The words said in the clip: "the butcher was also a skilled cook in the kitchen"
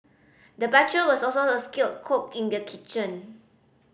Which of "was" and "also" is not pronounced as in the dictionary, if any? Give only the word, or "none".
was